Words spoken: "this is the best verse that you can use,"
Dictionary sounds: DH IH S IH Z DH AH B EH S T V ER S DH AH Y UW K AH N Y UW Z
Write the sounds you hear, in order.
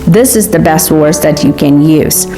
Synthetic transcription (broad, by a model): DH IH S IH Z DH AH B EH S T W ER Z DH AH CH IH K AH N Y UW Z